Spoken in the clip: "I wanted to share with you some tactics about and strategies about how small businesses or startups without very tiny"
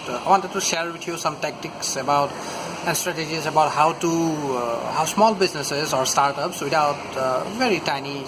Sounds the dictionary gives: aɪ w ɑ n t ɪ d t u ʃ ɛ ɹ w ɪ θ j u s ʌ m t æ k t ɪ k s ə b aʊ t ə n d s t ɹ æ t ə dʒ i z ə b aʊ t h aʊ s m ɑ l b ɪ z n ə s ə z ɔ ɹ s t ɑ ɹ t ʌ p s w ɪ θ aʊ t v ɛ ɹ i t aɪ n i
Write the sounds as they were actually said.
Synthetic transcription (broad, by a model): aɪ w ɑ n t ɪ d t u ʃ ɛ ɹ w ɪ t j u s ʌ m t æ k t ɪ k s ə b aʊ t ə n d s t ɹ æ t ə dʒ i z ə b aʊ t h aʊ s m ɑ l b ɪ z n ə s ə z ɔ ɹ s t ɑ ɹ t ʌ p s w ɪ t aʊ t v ɛ ɹ i t aɪ n i